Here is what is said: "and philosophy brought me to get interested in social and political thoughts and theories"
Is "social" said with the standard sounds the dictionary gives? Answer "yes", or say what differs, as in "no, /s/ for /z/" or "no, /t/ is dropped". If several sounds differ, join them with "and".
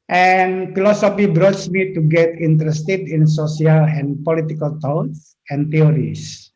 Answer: no, /s/ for /ʃ/